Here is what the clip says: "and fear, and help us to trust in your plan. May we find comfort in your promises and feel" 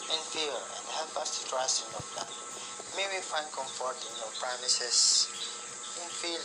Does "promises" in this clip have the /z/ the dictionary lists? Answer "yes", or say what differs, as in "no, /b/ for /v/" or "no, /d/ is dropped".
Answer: no, /s/ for /z/